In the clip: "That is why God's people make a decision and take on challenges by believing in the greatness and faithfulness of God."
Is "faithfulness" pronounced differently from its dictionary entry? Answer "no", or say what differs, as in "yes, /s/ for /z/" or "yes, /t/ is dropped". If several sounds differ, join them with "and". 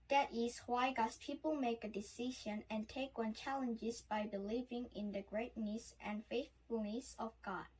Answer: no